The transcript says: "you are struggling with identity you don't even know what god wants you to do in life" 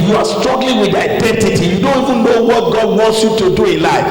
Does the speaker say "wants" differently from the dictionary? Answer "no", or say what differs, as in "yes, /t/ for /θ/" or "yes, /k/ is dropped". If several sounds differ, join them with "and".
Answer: no